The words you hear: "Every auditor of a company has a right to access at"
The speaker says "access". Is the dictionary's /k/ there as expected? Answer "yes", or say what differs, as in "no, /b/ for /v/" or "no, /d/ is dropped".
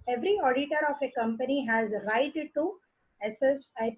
no, /k/ is dropped